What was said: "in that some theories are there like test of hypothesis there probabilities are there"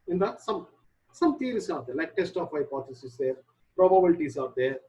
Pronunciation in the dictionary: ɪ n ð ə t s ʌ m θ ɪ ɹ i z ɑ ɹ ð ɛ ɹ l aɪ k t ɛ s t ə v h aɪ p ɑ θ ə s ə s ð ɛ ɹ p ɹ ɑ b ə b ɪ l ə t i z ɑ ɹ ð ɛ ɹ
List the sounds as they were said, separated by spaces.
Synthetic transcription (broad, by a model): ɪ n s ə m s ʌ m t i ɹ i s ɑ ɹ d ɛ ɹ l aɪ k t ɛ s t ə f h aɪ p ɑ t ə s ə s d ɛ ɹ p ɹ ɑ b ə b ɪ l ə t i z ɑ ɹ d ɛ ɹ